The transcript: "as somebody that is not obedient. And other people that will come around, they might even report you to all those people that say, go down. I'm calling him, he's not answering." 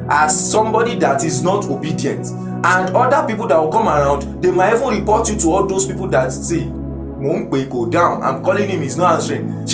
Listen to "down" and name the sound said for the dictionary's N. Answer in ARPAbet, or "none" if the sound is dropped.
N